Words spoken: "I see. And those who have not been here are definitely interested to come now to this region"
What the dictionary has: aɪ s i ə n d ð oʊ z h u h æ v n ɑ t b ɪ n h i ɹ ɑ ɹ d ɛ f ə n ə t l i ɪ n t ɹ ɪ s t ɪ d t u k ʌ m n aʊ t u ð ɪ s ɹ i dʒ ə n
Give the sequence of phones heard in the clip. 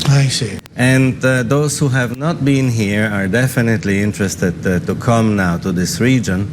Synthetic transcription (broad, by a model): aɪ s i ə n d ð oʊ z h u h æ v n ɑ t b ɪ n h i ɹ ɑ ɹ d ɛ f ə n ə t l i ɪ n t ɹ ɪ s t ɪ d t u k ʌ m n aʊ t u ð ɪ s ɹ i dʒ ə n